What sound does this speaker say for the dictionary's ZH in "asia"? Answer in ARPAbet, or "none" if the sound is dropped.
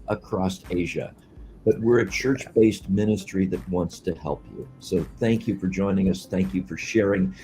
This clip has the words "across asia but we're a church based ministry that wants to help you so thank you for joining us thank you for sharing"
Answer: ZH